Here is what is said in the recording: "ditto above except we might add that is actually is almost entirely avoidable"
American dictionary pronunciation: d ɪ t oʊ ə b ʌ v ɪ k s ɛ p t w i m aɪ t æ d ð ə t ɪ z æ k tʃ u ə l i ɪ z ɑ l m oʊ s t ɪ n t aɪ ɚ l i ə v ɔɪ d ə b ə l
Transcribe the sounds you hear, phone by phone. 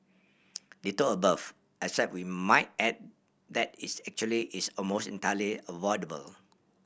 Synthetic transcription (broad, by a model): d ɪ t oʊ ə b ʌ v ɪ s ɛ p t w i m aɪ t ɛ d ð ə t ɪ s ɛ k tʃ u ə l i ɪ s ɑ l m oʊ s t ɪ n t aɪ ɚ l i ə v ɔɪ d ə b ə l